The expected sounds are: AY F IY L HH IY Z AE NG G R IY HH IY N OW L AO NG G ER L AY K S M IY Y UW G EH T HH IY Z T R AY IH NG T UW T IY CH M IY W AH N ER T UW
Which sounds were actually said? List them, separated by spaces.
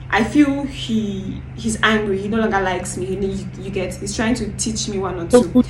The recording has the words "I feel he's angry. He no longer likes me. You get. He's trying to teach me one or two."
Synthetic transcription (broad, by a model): AY F IY L HH IY Z AE NG G R IY HH IY N OW L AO NG G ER L AY K S M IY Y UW G EH T HH IY Z T R AY IH NG T UW T IY CH M IY W AH N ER T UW